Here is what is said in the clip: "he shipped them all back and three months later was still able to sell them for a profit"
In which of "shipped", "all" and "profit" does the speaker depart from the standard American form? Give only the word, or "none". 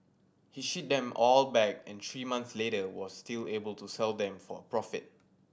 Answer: shipped